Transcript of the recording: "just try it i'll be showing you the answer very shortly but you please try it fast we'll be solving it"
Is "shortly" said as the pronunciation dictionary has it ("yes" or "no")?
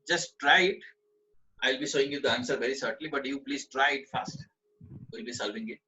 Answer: no